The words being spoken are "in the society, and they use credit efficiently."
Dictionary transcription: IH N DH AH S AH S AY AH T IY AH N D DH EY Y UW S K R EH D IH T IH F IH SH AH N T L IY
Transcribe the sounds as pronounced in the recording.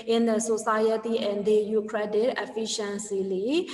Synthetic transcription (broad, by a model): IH N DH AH S AH S AY AH T IY AH N D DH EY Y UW K R EH D IH T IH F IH SH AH N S L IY